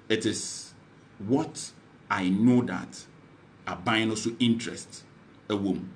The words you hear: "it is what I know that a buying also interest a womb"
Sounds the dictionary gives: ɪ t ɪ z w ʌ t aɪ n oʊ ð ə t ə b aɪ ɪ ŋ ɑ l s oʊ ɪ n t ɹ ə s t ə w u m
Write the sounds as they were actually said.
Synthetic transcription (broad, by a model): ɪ t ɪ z w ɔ t aɪ n oʊ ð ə t ə b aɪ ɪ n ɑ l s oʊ ɪ n t ɹ ə s t ə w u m